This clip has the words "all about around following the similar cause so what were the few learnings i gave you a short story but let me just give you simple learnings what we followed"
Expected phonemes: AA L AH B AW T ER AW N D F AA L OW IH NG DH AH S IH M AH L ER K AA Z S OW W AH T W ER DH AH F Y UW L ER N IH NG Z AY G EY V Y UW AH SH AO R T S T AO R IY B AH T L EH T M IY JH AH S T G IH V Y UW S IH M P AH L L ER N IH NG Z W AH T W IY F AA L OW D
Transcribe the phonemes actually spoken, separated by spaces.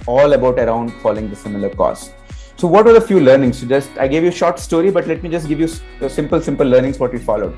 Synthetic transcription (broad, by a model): AA L AH B AW T ER AW N D F AA L OW IH NG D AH S IH M AH L ER K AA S S OW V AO T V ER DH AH F Y UW L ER N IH NG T AY G EY V Y UW SH AO R T S T AO R IY B AH T L EH T M IY JH AH S T G IH V Y UW S IH M P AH L L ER N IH NG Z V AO T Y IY F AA L OW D